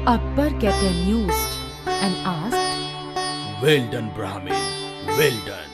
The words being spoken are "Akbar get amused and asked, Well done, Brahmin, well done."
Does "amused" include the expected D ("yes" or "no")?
no